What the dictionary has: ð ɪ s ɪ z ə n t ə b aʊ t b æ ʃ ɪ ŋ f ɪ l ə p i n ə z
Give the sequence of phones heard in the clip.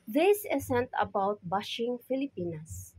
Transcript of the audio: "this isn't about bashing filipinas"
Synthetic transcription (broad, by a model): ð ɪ s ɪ s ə n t ə b aʊ t b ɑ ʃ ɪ ŋ f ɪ l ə p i n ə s